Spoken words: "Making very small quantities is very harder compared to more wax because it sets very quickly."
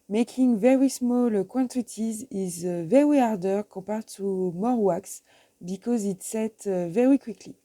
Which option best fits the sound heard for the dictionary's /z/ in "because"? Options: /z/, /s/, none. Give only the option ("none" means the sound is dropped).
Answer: /z/